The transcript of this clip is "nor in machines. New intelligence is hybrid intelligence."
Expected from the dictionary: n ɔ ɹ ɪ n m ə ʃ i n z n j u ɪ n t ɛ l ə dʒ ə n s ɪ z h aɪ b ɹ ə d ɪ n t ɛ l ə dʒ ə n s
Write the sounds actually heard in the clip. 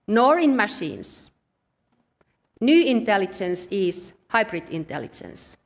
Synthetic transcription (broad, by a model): n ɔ ɹ ɪ n m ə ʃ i n s n j u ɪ n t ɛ l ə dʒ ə n s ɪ s h aɪ b ɹ ə d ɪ n t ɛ l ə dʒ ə n s